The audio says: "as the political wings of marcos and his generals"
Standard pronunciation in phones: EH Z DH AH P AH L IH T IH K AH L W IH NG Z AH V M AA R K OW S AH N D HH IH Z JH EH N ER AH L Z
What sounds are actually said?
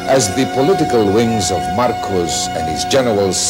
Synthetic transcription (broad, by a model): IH Z DH AH P AH L IH T IH K AH L W IH NG Z AH V M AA R K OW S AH N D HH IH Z JH EH N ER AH L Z